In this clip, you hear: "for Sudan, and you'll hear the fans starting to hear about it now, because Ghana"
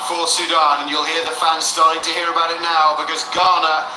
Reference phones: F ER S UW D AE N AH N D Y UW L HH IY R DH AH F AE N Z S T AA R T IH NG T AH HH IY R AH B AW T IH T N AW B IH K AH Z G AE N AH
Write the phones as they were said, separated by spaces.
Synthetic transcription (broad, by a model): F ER S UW D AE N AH N Y UW L HH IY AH DH AH F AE N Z S T AA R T IH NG T AH HH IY R AH B AW T IH T N AW B IH K AH Z G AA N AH